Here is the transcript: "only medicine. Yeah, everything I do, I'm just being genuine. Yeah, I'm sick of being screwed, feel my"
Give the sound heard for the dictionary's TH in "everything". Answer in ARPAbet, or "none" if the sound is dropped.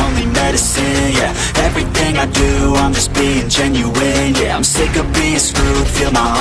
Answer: TH